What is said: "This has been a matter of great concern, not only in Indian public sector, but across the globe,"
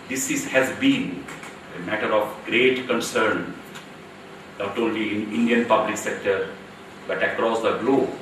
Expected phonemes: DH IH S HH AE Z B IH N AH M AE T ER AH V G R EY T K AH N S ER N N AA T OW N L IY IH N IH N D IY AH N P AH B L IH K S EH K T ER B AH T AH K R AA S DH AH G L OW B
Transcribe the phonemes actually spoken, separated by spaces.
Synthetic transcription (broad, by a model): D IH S HH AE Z B IH N AH M AE T ER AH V G R EY T K AH N S ER N N AA T OW N L IY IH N IH N D IY AH N P AH B L IH K S EH K T ER B AH T AH K R AA S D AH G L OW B